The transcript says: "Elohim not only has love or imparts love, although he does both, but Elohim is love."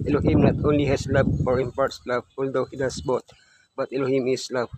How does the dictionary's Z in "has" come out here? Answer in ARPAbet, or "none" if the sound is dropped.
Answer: S